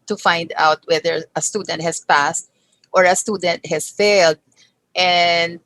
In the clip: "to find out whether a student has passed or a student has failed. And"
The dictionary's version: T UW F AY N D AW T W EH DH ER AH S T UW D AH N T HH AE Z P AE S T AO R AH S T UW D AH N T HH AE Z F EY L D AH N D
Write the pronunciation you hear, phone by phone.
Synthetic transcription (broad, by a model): T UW F AY N D AW T W EH DH ER AH S T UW D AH N T HH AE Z P AE S T AO R AH S T UW D AH N T HH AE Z F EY L D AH N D